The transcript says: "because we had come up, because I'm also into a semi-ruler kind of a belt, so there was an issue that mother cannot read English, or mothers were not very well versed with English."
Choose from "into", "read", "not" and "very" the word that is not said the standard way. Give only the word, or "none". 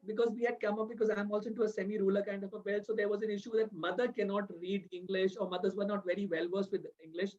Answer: into